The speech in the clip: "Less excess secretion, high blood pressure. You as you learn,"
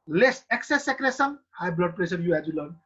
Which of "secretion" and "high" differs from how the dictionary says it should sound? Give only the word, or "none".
secretion